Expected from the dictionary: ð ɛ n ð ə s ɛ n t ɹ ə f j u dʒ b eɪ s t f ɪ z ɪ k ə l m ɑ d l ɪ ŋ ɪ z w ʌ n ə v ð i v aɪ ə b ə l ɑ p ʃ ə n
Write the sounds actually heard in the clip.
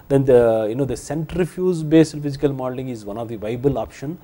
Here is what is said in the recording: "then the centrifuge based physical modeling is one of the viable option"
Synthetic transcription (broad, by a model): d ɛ n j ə s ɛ n t ɹ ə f j u z b eɪ s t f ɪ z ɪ k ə l m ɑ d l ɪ ŋ ɪ z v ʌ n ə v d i v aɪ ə b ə l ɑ p ʃ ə n